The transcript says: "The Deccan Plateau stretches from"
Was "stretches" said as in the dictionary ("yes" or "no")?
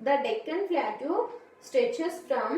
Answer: no